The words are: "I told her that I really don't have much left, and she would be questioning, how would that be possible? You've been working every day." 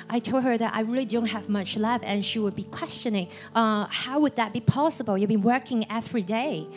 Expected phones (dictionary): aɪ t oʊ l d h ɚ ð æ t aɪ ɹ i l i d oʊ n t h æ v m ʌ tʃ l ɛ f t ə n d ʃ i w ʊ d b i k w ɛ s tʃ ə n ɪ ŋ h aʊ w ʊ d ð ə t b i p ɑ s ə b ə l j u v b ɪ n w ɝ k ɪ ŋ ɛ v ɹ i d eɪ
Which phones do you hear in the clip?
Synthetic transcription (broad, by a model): aɪ t oʊ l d h ɚ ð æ t aɪ ɹ i l i d oʊ n t h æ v m ʌ tʃ l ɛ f ə n ʃ i w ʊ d b i k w ɛ s tʃ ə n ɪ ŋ h aʊ w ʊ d ð ə t b i p ɑ s ə b ə l j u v b ɪ n w ɝ k ɪ ŋ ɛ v ɹ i d eɪ